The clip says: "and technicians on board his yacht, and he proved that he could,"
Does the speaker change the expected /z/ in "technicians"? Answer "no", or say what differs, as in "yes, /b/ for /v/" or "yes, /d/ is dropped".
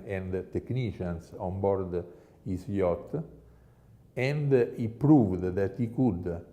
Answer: yes, /s/ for /z/